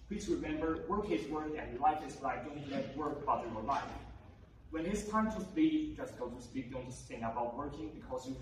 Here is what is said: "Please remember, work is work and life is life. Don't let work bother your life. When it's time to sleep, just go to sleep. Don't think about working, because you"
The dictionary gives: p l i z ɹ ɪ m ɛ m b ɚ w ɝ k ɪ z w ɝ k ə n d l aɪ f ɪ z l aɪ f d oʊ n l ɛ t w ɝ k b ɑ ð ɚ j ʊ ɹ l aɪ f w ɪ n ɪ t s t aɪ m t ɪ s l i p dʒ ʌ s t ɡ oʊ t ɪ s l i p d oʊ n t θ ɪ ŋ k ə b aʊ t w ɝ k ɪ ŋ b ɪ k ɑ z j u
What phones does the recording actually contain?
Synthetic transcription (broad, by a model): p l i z ɹ ɪ m ɛ m b ɚ w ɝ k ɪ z w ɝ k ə n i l aɪ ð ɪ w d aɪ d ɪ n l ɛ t w ɝ k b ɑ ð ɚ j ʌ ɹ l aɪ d w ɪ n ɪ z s t aɪ m t ɪ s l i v dʒ ʌ s t ɡ oʊ t ɪ s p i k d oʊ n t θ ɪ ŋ ə b aʊ t w ɝ k ɪ ŋ b ɪ k ɑ z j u